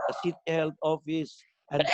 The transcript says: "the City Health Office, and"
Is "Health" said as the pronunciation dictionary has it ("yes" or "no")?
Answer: no